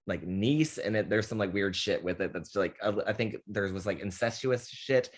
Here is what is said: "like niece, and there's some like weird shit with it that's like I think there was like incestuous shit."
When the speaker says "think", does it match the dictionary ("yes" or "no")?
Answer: yes